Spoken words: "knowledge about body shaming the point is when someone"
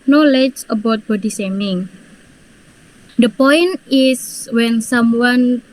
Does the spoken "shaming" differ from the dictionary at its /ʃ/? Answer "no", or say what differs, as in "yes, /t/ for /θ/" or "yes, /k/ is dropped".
yes, /s/ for /ʃ/